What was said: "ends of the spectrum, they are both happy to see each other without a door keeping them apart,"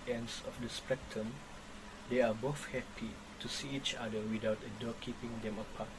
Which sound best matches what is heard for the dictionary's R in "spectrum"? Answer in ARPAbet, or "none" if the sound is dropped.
none